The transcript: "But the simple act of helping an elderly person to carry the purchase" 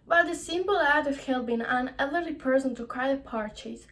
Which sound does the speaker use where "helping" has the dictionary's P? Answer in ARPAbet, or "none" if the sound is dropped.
B